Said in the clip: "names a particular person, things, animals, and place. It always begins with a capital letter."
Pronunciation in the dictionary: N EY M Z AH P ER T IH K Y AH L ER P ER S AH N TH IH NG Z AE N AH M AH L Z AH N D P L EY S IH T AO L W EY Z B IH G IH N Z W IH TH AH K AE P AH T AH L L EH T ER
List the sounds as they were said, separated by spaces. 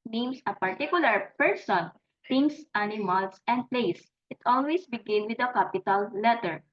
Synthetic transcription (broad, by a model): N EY M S AH P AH T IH K Y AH L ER P ER S AH N T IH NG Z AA N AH M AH L S AH N D P L EY S IH T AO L W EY S B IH G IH N W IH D AH K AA P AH T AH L L EH T ER